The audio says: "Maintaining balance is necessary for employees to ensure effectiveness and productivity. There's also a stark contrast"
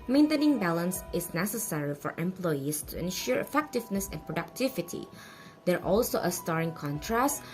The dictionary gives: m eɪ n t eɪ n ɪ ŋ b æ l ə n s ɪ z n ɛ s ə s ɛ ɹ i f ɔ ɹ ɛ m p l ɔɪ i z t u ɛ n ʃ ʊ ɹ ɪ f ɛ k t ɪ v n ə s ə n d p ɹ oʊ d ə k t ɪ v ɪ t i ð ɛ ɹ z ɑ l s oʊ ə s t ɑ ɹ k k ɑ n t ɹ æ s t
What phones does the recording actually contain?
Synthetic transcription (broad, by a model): m eɪ n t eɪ n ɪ ŋ b æ l ə n s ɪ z n ɛ s ə s ɛ ɹ i f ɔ ɹ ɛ m p l ɔɪ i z t u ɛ n ʃ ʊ ɹ ɪ f ɛ k t ɪ v n ə s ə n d p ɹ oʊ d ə k t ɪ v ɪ t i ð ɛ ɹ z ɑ l s oʊ ə s t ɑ ɹ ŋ k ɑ n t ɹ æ s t